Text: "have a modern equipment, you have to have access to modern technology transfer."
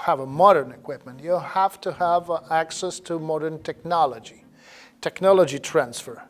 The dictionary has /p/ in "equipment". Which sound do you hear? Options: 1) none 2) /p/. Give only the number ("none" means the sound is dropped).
2